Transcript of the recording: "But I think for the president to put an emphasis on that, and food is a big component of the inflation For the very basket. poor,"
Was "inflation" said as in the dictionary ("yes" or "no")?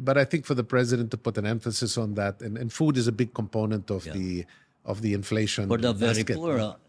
no